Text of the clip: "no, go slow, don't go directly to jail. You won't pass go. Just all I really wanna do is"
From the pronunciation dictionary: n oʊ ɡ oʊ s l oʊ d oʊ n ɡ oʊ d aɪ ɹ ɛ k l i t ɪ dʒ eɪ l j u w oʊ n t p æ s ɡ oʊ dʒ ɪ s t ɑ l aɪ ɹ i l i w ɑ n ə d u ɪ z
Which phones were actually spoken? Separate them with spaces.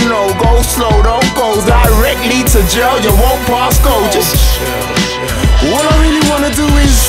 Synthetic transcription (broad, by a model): n oʊ ɡ oʊ s l oʊ d oʊ n ɡ oʊ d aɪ ɹ ɛ k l i t ɪ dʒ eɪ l j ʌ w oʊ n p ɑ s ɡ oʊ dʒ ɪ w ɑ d aɪ ɹ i l i w ɑ n ə d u ɪ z